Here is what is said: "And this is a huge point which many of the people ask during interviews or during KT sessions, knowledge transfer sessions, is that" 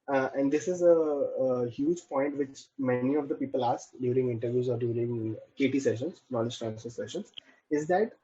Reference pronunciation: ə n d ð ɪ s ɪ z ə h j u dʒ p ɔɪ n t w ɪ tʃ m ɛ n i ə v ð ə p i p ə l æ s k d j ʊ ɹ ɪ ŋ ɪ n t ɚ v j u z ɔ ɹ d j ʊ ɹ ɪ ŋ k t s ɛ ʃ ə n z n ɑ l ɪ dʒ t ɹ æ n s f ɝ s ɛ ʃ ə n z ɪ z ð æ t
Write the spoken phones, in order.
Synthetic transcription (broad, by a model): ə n d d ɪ s ɪ z ə h j u dʒ p ɔɪ n t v ɪ tʃ m ɛ n i ə v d ə p i p ə l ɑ s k d j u ɹ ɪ ŋ ɪ n t ɚ v j u z ɔ ɹ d j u ɹ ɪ ŋ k t s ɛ ʃ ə n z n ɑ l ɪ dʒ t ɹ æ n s ɝ s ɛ ʃ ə n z ɪ z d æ t